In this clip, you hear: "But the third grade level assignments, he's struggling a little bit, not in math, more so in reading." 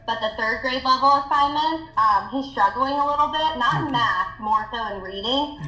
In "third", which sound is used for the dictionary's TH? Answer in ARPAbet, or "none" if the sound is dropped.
TH